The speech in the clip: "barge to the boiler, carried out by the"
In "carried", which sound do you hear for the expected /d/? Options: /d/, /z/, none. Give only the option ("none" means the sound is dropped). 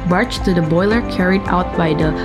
/d/